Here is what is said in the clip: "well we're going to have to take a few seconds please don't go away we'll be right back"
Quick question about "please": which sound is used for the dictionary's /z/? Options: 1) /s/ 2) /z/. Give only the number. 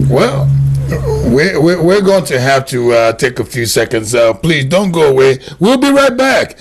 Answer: 2